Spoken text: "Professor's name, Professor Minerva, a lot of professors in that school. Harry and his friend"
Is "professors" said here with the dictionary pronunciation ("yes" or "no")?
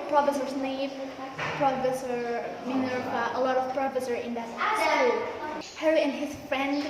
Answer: no